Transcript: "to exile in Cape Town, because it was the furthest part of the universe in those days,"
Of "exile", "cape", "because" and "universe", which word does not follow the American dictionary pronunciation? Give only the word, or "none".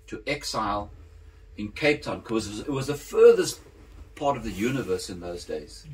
because